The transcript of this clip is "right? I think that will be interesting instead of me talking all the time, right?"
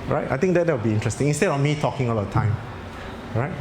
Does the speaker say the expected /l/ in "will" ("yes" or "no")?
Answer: no